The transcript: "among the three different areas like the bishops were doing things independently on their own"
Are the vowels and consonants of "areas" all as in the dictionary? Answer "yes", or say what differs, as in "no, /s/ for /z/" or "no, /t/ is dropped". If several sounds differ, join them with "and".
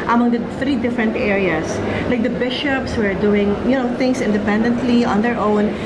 no, /s/ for /z/